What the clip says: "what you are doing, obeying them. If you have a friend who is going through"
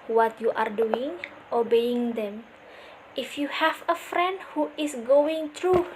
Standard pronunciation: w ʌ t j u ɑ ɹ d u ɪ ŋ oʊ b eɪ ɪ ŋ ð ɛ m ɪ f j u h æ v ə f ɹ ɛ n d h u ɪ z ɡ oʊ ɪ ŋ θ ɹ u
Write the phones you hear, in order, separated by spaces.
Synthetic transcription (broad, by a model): w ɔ t j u ɑ ɹ d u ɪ ŋ oʊ b eɪ ɪ ŋ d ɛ m ɪ f j u h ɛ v ə f ɹ ɛ n d h u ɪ s ɡ oʊ ɪ ŋ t ɹ u